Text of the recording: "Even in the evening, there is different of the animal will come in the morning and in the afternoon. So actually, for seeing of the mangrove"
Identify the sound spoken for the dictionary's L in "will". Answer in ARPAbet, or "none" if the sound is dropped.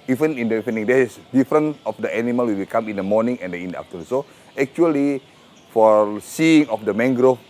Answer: W